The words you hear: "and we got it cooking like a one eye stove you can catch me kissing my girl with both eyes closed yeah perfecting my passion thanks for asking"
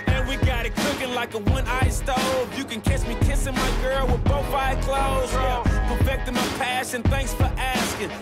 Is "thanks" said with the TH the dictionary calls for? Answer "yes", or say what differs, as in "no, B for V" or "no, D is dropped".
yes